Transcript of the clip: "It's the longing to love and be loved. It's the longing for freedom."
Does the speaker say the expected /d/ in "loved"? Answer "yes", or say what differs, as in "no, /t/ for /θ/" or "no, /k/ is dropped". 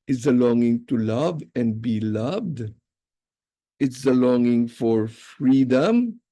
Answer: yes